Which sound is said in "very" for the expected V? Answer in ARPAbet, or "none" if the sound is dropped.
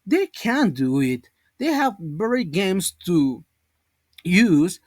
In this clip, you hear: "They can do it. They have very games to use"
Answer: B